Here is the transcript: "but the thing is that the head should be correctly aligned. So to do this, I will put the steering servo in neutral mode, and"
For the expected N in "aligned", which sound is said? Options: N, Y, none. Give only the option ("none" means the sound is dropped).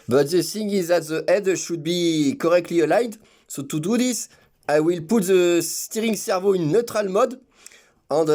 none